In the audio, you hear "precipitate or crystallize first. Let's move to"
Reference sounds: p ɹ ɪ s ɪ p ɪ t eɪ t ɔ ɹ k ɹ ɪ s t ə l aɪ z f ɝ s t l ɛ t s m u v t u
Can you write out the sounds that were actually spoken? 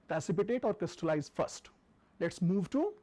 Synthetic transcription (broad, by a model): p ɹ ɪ s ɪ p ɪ t eɪ t ɔ ɹ k ɹ ɪ s t ə l aɪ z f ɝ s t l ɛ t s m u v t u